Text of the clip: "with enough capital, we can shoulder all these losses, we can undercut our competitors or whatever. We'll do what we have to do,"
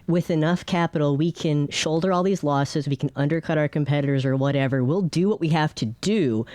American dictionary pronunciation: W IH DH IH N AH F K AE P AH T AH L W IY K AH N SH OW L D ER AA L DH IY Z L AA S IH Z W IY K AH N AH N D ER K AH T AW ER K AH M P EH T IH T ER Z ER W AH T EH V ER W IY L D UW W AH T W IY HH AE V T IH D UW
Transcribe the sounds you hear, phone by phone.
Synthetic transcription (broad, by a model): W IH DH IH N AH F K AE P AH T L W IY K AH N SH OW L D ER AA L DH IY Z L AA S IH Z W IY K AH N AH N D ER K AH T AW ER K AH M P EH T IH T ER Z ER W AH T EH V ER W IY L D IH W AH T W IY HH AE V T IH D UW